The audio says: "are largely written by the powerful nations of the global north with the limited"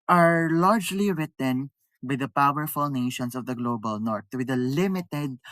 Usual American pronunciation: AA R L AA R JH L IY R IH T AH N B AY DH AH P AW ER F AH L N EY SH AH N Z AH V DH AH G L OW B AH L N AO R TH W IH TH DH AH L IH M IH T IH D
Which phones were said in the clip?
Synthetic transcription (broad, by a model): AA R L AA R JH L IY R IH T AH N B AY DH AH P AW ER F AH L N EY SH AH N S AH V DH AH G L OW B AH L N AO R T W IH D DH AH L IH M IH T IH D